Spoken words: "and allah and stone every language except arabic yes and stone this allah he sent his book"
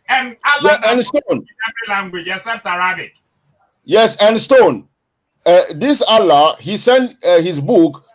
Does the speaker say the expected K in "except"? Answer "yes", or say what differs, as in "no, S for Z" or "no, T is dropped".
no, K is dropped